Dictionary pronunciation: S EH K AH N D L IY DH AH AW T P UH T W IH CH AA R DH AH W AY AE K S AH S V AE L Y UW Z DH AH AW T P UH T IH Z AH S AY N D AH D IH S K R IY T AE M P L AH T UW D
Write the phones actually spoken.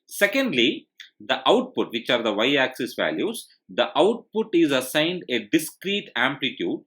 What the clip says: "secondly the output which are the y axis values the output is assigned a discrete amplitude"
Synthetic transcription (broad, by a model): S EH K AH N D L IY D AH AW T P UH T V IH CH AA R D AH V AY AE K S AH S V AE L Y UW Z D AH AW T P UH T IH Z AH S AY N D AH D IH S K R IY T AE M P L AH T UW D